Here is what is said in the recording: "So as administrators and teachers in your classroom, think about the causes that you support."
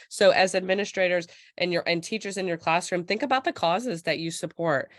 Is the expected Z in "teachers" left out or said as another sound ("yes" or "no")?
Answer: no